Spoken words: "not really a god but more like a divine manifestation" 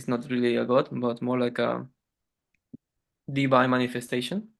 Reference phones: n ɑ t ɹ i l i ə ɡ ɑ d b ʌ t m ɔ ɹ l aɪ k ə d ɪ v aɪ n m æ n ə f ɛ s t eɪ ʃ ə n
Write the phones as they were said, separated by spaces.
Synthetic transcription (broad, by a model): n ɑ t ɹ i l i ə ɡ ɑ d b ʌ t m ɔ ɹ l aɪ k ə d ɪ b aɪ m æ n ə f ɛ s t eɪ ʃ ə n